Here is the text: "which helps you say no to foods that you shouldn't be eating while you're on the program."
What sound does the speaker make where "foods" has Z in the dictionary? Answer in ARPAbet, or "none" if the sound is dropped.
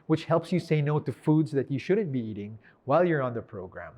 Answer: Z